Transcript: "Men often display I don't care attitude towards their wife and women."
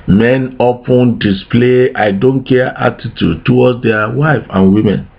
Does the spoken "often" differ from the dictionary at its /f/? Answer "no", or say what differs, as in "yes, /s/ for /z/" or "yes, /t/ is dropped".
yes, /p/ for /f/